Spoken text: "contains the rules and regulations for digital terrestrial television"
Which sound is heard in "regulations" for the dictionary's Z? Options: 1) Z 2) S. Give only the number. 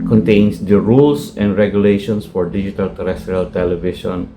2